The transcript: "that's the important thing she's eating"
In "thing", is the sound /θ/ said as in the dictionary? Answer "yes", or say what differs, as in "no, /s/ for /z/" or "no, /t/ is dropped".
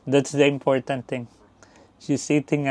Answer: no, /t/ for /θ/